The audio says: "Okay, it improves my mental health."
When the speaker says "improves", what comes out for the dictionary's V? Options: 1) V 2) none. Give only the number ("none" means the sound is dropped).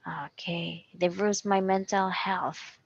2